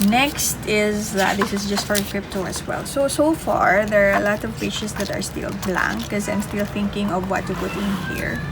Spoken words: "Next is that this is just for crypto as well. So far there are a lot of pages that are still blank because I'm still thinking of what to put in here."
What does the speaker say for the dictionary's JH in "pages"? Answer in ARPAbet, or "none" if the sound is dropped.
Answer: CH